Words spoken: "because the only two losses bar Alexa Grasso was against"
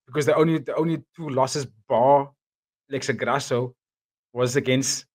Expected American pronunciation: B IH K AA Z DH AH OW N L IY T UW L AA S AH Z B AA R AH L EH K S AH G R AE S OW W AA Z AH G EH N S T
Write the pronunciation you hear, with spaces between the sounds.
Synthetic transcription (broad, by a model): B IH K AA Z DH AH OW N L IY T UW L AA S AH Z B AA L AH IH K S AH G R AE S OW W AA Z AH G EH N S T